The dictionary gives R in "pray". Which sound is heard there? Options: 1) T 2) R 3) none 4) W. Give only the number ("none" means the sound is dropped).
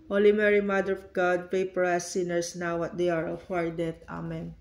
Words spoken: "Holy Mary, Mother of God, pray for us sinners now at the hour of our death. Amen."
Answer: 3